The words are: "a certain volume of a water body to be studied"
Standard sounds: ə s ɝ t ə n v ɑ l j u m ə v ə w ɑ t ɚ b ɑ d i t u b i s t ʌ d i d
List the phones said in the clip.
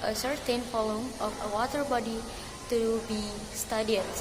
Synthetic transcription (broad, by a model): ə s ɝ t ə n f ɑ l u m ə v ə w ɑ t ɚ b ɑ d i t u b i s t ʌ d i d